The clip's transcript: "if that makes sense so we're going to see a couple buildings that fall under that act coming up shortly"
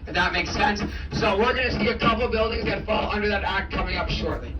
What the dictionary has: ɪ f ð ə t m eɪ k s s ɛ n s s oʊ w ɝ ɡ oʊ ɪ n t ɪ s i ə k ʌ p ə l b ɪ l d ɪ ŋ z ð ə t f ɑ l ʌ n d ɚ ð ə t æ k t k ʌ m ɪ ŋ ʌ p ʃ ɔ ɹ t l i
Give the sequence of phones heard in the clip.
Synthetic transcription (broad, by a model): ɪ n ð ə t m eɪ k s s ɛ n s s oʊ w ɝ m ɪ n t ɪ s i ə k ʌ p l b ɪ l d ɪ ŋ z ð ə t f ɑ l ʌ n d ɚ ð ə t æ k t k ʌ m ɪ ŋ ʌ p ʃ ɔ ɹ t l i